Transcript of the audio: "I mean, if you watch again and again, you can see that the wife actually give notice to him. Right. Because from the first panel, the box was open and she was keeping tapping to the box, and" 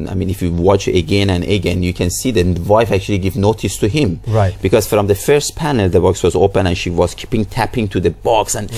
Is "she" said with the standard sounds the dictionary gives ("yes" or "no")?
yes